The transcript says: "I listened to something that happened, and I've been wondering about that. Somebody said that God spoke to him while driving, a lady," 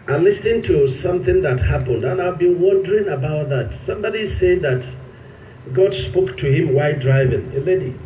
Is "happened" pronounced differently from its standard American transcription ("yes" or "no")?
no